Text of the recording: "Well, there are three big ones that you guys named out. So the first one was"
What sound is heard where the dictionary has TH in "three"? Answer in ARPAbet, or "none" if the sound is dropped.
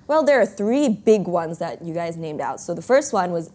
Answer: TH